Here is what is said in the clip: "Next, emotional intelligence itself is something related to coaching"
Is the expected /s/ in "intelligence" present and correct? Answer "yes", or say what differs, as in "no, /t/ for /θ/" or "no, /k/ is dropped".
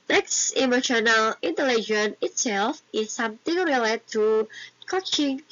no, /s/ is dropped